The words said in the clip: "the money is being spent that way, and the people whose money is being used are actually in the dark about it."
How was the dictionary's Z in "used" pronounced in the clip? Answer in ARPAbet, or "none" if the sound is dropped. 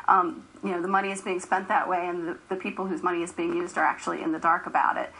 Z